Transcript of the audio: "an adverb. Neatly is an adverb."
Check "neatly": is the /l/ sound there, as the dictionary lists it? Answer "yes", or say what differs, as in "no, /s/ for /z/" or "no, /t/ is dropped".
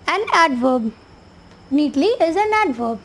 yes